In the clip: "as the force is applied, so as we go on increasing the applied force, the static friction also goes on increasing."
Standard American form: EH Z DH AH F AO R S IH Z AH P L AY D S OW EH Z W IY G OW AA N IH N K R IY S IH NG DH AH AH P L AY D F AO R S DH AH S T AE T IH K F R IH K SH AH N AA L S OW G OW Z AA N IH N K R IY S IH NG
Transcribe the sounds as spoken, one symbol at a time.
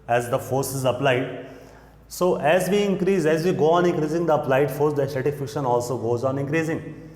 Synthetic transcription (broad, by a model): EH Z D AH F AO R S IH Z AH P L AY D S OW EH Z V IY G OW AA N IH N K R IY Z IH NG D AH AH P L AY D F AO R S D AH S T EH T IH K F IH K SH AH N AA L S OW G OW Z AA N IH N K R IY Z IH NG